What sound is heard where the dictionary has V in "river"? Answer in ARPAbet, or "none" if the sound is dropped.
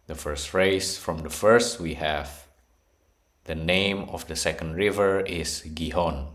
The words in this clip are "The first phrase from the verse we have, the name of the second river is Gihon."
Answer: V